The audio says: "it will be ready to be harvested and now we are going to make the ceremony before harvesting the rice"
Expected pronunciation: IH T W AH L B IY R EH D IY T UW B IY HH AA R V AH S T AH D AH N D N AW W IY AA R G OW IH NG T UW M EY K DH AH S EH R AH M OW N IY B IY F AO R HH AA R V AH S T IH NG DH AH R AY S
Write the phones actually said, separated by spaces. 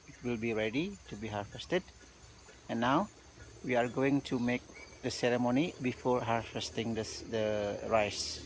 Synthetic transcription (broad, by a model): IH T W AH L B IY R EH D IY T UW B IY HH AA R F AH S T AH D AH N N AW W IY AA R G OW IH NG T UW M EY K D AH S EH R AH M OW N IY B IY F AO R HH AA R F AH S T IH NG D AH R AY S